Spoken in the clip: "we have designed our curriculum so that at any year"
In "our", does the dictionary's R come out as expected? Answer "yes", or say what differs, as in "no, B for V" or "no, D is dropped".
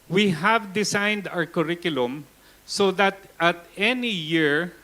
yes